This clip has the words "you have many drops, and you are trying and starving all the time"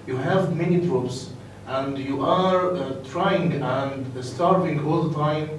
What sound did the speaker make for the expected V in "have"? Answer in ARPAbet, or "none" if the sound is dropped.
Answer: V